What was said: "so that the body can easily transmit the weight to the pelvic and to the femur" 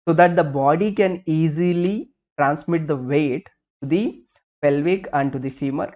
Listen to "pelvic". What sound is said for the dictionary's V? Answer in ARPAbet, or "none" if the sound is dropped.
V